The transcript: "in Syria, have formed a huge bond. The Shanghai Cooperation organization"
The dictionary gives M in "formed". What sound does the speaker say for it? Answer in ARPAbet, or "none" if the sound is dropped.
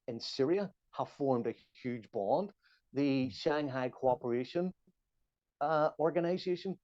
M